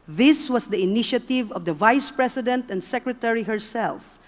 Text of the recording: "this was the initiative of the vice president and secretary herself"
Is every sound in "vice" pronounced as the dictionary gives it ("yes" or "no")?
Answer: yes